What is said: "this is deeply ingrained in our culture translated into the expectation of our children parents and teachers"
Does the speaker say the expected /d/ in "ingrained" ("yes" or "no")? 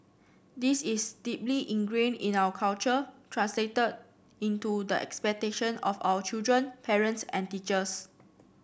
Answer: no